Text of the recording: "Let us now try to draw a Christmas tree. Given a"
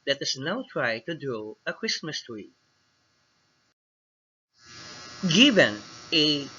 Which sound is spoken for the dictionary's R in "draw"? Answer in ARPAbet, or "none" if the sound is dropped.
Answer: none